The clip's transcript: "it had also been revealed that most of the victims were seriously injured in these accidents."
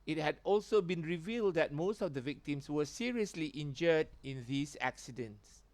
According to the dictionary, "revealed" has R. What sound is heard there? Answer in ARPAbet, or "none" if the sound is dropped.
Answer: R